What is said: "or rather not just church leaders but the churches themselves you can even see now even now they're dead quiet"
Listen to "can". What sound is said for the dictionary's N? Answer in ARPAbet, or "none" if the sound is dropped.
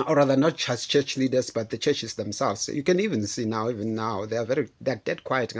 N